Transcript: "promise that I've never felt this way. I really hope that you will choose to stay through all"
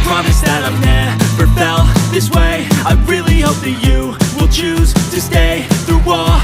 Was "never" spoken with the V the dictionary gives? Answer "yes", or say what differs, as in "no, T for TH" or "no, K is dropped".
no, B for V